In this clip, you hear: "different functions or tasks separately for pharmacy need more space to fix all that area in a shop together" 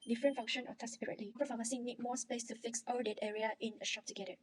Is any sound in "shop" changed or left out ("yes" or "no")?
no